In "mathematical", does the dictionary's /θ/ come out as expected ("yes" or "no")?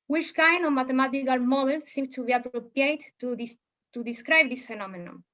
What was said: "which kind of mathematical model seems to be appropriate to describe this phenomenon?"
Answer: no